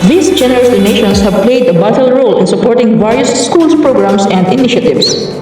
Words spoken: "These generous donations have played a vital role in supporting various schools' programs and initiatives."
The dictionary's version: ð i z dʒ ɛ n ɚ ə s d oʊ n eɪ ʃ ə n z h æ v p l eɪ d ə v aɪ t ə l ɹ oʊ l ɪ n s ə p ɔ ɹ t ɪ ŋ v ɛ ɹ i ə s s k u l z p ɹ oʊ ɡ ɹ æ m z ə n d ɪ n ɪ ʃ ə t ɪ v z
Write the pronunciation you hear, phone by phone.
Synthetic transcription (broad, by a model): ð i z dʒ ɛ n ɚ ə s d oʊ n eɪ ʃ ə n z h æ v p l eɪ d ə b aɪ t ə l ɹ oʊ l ɪ n s ə p ɔ ɹ t ɪ ŋ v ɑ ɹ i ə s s k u l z p ɹ oʊ ɡ ɹ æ m s ə n d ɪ n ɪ ʃ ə t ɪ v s